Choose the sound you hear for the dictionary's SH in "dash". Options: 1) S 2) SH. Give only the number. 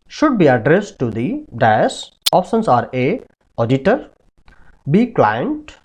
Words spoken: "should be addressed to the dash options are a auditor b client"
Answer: 1